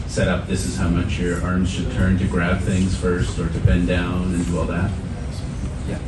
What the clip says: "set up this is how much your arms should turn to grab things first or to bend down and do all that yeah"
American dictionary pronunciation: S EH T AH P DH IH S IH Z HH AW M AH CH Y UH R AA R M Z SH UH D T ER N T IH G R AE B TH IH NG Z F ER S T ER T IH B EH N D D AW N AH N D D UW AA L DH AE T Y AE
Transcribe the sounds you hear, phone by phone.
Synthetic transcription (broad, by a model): S EH T AH P DH IH S IH Z HH AW M AH CH Y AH R AA R M Z SH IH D T ER N T IH G R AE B TH IH NG Z F ER S T ER T IH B EH N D D AW N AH N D D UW AA L DH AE T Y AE